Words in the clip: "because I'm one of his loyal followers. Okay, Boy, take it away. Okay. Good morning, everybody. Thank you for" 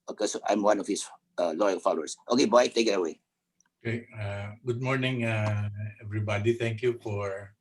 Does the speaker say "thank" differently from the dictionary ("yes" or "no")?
yes